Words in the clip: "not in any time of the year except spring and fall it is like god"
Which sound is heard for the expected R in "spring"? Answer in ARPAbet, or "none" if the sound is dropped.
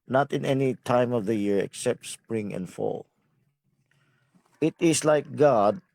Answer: R